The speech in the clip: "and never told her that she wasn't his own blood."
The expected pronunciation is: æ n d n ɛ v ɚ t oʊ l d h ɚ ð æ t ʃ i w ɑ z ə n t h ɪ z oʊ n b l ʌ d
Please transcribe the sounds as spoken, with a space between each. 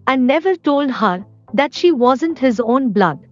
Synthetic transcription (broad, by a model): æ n d n ɛ v ɚ t oʊ l d h ɚ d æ t ʃ i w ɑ z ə n t h ɪ z oʊ n b l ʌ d